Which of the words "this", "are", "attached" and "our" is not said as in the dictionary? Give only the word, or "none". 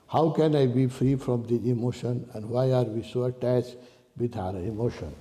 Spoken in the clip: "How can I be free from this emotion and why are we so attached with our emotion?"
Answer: this